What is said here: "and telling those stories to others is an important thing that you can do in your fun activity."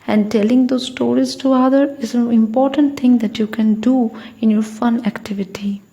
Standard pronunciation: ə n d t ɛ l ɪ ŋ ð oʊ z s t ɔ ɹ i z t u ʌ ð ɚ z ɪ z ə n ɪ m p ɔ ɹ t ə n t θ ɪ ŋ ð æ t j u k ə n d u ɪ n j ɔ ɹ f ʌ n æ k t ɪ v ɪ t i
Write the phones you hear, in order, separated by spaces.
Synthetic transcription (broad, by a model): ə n d t ɛ l ɪ ŋ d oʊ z s t ɔ ɹ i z t u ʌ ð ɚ ɪ z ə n ɪ m p ɔ ɹ t ə n t t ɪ ŋ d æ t j u k ə n d u ɪ n j ɔ ɹ f ʌ n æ k t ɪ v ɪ t i